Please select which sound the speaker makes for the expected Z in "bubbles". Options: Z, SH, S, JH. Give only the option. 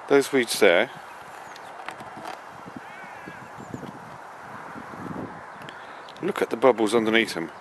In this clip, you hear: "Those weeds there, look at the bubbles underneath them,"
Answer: Z